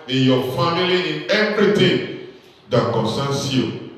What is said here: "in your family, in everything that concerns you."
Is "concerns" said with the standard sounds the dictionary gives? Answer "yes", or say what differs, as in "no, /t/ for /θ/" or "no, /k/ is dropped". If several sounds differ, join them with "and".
no, /s/ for /z/